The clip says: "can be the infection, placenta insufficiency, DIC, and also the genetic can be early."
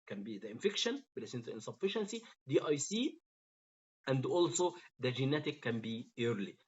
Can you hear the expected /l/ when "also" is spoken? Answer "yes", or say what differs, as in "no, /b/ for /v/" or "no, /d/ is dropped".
yes